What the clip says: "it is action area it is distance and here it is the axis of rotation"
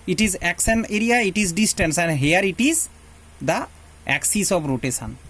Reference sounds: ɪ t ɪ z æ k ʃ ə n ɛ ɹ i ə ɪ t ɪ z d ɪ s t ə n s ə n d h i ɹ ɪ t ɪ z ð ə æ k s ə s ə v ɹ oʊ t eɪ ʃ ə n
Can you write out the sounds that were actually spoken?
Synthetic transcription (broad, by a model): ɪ t ɪ z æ k s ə n ɛ ɹ i ə ɪ t ɪ z d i s t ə n s ə n d h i ɹ ɪ t ɪ z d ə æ k s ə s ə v ɹ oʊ t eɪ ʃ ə n